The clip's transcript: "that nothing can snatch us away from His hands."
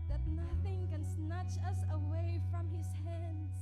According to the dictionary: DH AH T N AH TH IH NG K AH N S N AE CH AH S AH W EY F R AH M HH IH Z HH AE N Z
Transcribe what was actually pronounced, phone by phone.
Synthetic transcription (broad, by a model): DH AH T N AH TH IH NG K AH N S N AE CH AH S AH W EY F R AH M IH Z HH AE N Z